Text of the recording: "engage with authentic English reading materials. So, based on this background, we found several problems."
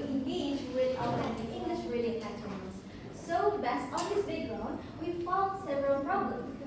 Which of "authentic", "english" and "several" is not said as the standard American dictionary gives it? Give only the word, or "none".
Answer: authentic